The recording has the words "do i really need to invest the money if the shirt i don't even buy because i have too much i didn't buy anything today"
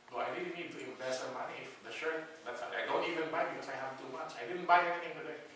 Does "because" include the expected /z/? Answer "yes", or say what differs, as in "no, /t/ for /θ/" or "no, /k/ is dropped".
no, /s/ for /z/